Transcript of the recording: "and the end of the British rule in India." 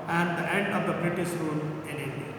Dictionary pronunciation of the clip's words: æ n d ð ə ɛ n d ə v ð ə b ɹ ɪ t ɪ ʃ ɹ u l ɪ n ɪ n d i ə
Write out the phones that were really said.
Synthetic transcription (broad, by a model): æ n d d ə ɛ n d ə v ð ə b ɹ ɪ t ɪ s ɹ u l ɪ n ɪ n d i